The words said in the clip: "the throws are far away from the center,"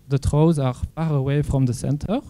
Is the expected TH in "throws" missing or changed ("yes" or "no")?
yes